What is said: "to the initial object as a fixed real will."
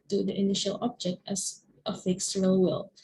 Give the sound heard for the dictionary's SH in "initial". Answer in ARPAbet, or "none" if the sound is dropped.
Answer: SH